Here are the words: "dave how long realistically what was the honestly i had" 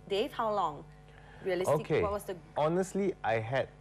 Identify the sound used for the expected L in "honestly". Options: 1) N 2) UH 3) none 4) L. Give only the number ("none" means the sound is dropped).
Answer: 4